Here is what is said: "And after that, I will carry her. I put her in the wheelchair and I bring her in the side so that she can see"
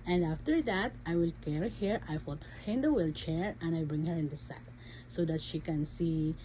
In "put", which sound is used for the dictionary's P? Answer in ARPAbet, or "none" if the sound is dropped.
F